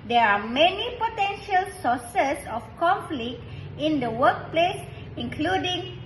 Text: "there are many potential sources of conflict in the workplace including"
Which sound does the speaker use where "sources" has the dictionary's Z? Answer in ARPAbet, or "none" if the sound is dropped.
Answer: S